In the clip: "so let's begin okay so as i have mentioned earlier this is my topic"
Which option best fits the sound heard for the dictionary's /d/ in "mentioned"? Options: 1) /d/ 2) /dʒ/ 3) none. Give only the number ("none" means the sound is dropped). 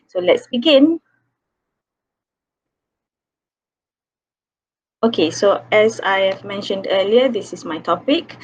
1